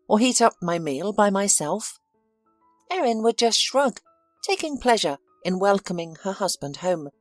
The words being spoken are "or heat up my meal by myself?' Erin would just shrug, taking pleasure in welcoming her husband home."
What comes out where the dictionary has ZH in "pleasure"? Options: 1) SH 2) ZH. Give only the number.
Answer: 2